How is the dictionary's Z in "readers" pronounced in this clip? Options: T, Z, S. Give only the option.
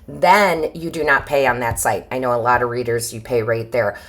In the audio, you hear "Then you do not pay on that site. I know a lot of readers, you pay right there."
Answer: Z